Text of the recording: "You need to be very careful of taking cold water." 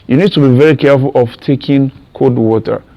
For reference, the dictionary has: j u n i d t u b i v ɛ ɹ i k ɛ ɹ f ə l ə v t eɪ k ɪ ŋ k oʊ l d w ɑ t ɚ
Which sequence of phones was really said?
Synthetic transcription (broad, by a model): j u n i d t u b i v ɛ ɹ i k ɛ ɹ f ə l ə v t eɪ k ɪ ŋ k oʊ d w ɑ t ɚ